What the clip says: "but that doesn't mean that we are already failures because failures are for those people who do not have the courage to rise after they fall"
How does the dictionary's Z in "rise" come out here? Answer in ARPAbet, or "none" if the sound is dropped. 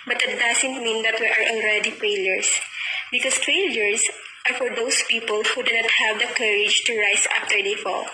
S